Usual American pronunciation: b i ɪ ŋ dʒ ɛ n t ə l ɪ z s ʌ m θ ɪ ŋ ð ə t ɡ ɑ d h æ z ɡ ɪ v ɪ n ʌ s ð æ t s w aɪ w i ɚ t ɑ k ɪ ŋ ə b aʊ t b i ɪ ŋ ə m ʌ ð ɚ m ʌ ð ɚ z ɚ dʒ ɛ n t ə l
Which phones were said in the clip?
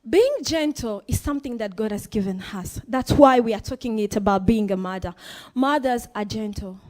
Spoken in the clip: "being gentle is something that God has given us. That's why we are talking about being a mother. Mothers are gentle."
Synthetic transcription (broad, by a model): b i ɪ ŋ dʒ ɛ n t l ɪ z s ʌ m θ ɪ ŋ ð ə t ɡ ɑ d h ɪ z ɡ ɪ v ɪ n ʌ s ð æ t s w aɪ w i ɚ t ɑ k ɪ ŋ ə b aʊ t b i ɪ ŋ ə m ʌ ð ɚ m ʌ ð ɚ z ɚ dʒ ɛ n t l